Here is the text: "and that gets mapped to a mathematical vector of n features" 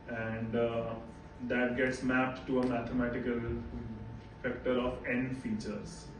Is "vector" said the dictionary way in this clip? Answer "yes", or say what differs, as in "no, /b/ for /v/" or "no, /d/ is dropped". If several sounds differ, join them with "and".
no, /f/ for /v/